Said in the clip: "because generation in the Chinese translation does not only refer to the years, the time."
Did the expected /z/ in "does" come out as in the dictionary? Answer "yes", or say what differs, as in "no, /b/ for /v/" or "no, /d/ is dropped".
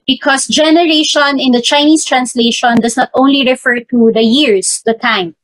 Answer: no, /s/ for /z/